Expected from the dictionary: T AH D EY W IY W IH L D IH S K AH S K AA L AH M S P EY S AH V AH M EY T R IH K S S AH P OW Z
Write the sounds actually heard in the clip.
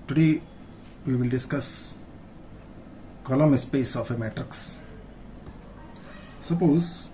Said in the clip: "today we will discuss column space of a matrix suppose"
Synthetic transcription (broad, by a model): T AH D EY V IY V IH L D IH S K AH S K AA L AH M S P EY S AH F AH M EY T R IH K S S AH P OW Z